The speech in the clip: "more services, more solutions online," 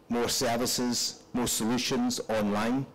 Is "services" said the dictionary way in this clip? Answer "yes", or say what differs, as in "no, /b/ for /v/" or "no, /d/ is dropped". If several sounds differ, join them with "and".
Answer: yes